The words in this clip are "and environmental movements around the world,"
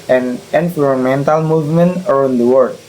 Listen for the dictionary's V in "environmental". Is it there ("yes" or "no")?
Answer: no